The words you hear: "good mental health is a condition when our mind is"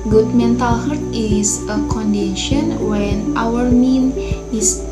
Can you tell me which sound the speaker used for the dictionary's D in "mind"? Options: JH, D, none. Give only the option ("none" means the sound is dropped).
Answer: none